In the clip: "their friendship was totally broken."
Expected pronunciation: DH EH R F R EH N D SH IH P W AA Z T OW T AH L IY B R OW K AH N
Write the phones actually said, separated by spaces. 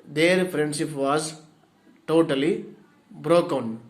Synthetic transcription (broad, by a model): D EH R P R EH N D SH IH P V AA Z T OW T AH L IY B R OW K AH N